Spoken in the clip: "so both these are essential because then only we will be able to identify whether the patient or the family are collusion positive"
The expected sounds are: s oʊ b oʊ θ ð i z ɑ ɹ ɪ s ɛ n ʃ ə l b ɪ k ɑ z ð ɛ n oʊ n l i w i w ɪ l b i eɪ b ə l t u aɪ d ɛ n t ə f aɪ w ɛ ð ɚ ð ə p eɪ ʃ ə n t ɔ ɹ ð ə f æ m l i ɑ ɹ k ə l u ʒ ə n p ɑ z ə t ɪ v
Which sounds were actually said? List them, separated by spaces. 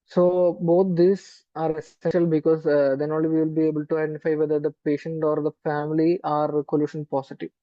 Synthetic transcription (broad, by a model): s oʊ b oʊ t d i s ɑ ɹ ɪ s ɛ n ʃ ə l b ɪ k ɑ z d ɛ n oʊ l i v i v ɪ l b i eɪ b ə l t u aɪ d ɛ n t ə f aɪ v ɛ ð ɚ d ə p eɪ ʃ ə n t ɔ ɹ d ə f æ m l i ɑ ɹ k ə l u ʃ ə n p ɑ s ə t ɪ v